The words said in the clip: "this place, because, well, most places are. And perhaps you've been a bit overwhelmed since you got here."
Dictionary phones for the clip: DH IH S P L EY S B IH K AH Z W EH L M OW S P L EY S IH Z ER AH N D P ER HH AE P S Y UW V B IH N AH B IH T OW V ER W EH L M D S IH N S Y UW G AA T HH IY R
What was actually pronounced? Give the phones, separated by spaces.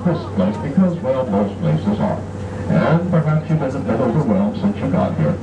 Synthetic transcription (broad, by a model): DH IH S P L EY S B IH K AH Z W EH L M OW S P L EY S IH Z ER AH N P ER HH AE P S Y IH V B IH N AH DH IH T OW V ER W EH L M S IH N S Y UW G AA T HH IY R